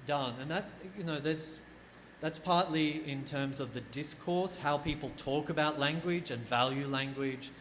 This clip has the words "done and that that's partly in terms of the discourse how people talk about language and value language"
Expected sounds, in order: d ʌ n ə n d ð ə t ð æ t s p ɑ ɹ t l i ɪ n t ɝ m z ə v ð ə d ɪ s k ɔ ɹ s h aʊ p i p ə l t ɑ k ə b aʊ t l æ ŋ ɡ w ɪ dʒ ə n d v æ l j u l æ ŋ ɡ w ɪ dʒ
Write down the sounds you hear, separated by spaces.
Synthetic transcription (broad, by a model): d ʌ n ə n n ð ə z ð æ t s p ɑ ɹ t l i ɪ n t ɝ m z ə v ð ə d ɪ s k ɔ ɹ s h aʊ p i p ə l t ɑ k ə b aʊ t l æ ŋ ɡ w ɪ dʒ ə n v æ l j u l æ ŋ ɡ w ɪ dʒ